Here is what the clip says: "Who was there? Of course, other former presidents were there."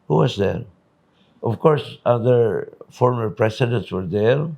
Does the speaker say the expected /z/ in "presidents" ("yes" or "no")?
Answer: no